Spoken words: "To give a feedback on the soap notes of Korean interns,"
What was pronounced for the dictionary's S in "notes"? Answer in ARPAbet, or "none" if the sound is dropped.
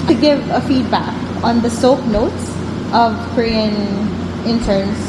S